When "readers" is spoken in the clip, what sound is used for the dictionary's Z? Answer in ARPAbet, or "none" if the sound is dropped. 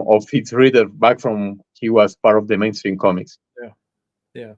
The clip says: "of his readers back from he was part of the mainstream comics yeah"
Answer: none